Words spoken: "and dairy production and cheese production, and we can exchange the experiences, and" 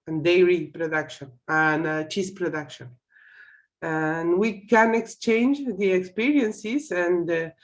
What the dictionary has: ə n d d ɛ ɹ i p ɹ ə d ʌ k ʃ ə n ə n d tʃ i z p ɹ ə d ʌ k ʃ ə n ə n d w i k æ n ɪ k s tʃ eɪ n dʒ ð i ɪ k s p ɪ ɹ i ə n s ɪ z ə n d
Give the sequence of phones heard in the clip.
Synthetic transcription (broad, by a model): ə n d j ɹ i p ɹ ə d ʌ k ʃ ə n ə n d tʃ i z p ɹ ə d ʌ k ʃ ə n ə n w i k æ n ɪ k s tʃ eɪ n dʒ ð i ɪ k s p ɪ ɹ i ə n s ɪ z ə n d